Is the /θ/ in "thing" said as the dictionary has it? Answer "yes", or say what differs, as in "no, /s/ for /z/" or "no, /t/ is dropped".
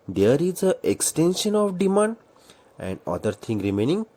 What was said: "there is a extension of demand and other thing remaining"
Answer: no, /t/ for /θ/